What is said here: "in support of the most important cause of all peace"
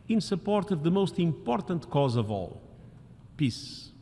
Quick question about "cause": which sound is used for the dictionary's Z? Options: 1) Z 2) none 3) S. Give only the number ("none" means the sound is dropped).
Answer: 1